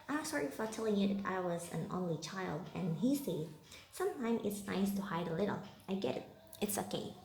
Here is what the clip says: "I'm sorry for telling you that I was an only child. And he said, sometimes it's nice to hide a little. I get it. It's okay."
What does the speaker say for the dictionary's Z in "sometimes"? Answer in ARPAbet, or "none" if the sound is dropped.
none